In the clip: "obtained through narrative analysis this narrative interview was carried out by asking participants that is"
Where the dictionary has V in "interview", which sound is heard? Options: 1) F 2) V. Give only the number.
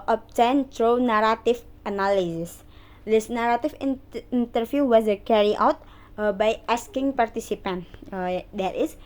1